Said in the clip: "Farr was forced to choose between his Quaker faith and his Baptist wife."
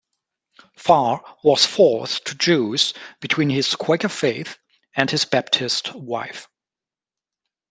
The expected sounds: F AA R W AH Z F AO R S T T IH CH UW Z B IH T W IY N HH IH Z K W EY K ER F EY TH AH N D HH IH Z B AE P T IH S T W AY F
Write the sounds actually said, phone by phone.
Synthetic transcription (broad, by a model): F AA R W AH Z F AO R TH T T IH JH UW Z B IH T W IY N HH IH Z K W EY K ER F EY TH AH N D HH IH Z B AE P T IH S T W AY F